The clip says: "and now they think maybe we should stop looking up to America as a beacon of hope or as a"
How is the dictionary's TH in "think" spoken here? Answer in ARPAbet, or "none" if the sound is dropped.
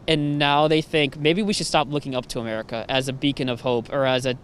TH